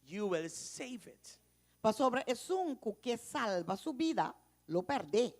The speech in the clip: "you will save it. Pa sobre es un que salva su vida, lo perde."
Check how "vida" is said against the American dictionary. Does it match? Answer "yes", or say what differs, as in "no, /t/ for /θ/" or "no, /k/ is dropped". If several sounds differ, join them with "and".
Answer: no, /b/ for /v/